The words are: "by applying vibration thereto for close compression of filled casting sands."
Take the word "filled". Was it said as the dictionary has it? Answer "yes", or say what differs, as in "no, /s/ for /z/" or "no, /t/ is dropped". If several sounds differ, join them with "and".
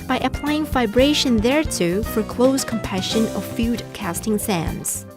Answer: no, /l/ is dropped